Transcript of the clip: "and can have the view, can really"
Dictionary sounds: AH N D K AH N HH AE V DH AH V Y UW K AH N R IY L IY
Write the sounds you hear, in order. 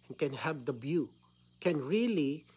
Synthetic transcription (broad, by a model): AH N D K AH N HH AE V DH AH B Y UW K AH N R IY L IY